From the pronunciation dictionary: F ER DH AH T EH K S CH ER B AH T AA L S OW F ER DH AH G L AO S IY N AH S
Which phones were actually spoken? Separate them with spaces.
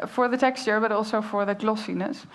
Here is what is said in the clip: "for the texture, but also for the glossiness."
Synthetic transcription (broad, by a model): F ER DH AH T EH K S CH ER B AH T AA L S OW F ER DH AH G L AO S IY N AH S